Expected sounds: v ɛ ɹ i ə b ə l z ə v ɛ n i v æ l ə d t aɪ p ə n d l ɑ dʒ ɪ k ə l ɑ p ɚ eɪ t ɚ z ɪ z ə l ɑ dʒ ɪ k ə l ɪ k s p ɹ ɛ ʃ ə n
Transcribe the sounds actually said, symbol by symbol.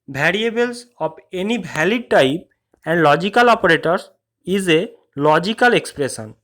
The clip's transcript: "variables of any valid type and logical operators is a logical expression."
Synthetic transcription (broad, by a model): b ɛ ɹ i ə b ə l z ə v ɛ n i b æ l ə d t aɪ p ə n d l ɑ dʒ ɪ k ə l ɑ p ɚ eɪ t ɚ s ɪ z ə l ɑ dʒ ɪ k ə l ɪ k s p ɹ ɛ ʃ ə n